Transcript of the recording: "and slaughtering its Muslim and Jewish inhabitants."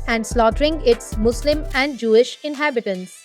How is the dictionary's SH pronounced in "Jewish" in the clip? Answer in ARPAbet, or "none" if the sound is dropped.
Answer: SH